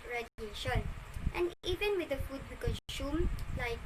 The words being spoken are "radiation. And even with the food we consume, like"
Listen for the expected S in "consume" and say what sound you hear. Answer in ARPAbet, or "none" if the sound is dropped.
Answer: SH